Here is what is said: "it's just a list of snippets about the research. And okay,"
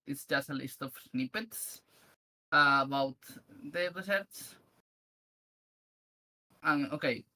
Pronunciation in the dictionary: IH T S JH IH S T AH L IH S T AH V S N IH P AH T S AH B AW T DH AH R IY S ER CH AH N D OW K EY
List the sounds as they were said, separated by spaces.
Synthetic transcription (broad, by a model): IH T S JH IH S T AH L IH S T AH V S N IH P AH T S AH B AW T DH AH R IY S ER S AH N OW K EY